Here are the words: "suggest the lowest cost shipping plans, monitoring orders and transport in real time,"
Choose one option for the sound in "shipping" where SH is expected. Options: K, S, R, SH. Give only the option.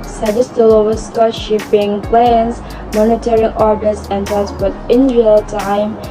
SH